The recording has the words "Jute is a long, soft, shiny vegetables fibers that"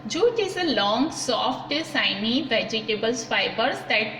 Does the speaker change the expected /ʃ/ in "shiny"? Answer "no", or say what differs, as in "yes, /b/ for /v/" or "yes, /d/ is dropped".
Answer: yes, /s/ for /ʃ/